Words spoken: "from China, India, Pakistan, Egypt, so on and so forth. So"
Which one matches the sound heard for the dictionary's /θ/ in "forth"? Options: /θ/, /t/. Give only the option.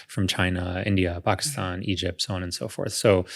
/θ/